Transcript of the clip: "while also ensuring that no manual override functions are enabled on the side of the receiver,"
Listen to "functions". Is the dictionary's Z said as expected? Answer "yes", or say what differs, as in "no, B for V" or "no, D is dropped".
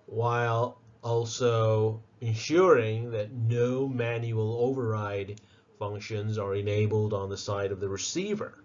yes